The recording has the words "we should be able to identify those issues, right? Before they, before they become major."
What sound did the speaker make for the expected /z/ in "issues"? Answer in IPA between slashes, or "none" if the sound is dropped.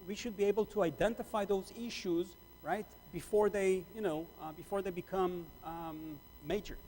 /z/